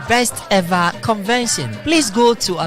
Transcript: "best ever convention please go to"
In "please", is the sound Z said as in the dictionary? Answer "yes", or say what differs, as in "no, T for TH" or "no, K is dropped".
no, S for Z